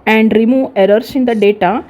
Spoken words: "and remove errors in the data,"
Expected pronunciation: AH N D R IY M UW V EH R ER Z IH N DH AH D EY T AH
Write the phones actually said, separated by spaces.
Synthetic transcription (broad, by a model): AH N D R IY M UW V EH R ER S IH N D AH D EY T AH